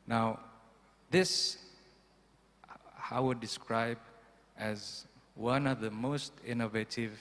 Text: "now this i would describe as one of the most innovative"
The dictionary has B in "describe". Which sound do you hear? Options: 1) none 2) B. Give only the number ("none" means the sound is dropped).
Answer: 2